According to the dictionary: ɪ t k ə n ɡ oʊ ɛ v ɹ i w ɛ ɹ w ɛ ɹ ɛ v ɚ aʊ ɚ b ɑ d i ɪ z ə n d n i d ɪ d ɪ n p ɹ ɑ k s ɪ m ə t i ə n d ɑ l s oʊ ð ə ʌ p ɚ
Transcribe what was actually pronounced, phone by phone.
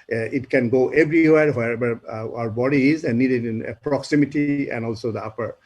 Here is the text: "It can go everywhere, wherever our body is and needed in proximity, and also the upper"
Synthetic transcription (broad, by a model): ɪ t k ə n ɡ oʊ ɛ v ɹ i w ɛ ɹ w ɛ ɛ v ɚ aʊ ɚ b ɑ d i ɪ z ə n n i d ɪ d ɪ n p ɹ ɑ k s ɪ m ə t i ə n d ɑ l s oʊ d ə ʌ p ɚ